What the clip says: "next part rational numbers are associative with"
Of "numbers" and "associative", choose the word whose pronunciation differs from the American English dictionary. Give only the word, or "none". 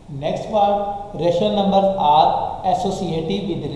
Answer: numbers